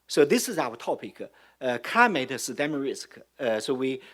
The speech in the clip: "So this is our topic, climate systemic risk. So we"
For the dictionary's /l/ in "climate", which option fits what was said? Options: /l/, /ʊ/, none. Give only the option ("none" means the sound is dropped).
none